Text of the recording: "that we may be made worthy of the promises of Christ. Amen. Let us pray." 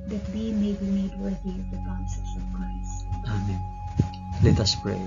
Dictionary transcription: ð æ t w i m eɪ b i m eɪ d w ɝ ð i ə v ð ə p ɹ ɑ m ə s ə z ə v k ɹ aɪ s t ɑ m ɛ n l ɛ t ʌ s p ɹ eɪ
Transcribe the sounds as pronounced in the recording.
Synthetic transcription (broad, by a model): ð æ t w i m eɪ b i m eɪ d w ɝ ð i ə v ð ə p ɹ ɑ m s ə s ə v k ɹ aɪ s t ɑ m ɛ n l ɛ t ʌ s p ɹ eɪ